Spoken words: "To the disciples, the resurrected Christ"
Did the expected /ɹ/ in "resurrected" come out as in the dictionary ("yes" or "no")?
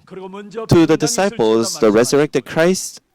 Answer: yes